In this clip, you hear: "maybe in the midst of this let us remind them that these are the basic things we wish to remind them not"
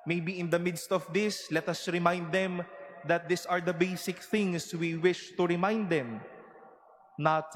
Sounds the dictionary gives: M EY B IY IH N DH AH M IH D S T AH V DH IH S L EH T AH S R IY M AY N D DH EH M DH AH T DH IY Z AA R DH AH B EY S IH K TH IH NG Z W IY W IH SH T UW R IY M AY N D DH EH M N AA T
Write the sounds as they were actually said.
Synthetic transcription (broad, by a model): M EY B IY IH N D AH M IH D S T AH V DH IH S L EH T AH S R IY M AY N D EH M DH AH T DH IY S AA R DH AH B EY S IH K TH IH NG S W IY W IH SH T UW R IY M AY N D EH M N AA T